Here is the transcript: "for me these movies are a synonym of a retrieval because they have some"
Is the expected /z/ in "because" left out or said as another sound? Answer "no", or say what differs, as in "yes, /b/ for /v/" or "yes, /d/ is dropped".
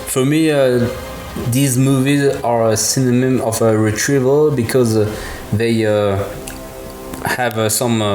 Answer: no